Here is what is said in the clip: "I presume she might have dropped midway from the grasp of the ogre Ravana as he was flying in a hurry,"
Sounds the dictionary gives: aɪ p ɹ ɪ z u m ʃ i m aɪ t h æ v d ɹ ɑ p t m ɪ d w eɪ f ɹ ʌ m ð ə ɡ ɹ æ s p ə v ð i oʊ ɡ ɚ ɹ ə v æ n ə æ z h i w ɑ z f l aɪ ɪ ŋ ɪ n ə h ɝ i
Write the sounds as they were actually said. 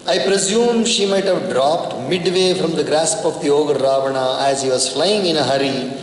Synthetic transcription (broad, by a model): aɪ p ɹ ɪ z u m ʃ i m aɪ t h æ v d ɹ ɑ p t m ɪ d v eɪ f ɹ ʌ m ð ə ɡ ɹ æ s p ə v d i oʊ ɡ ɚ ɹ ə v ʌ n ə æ z h i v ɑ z f l aɪ ɪ ŋ ɪ n ə h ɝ i